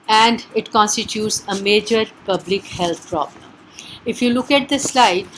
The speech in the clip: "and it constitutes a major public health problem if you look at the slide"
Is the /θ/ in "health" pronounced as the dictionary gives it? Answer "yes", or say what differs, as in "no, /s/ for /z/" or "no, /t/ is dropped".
no, /t/ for /θ/